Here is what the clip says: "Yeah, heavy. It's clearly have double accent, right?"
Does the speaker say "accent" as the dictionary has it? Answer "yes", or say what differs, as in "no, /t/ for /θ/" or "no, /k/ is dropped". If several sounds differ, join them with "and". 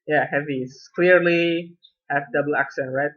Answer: yes